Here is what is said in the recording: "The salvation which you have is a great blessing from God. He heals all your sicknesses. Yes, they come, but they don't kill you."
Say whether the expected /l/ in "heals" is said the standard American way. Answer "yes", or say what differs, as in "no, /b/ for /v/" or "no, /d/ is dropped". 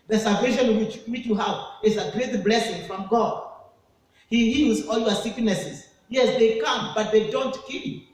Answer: no, /l/ is dropped